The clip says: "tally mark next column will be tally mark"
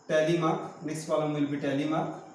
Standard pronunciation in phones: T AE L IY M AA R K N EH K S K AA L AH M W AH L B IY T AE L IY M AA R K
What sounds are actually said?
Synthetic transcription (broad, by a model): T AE L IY M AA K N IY S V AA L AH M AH L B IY T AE L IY M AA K